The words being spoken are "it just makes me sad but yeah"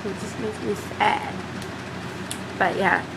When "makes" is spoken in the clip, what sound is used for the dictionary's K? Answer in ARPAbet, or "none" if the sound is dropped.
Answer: none